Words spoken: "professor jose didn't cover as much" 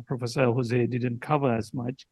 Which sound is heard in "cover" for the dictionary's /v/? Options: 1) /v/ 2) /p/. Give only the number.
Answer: 1